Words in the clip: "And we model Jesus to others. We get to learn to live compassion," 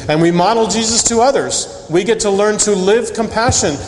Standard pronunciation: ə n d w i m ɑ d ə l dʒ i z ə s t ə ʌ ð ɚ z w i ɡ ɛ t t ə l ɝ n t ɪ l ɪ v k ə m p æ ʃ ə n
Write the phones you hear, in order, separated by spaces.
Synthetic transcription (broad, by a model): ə n w i m ɑ d l dʒ i z ə s t ə ʌ ð ɚ z w i ɡ ɛ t t ə l ɝ n t ɪ l ɪ v k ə m p æ ʃ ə n